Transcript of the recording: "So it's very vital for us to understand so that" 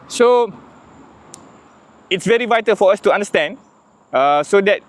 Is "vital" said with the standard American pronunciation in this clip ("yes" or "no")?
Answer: yes